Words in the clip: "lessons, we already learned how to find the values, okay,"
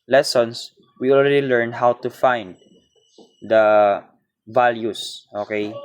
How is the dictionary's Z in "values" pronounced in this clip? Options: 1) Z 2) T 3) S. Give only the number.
3